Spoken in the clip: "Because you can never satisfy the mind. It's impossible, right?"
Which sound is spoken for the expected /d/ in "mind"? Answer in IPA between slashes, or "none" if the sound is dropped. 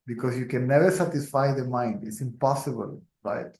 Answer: /d/